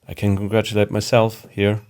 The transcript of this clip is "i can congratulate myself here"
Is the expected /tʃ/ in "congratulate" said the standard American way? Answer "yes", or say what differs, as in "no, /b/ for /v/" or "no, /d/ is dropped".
yes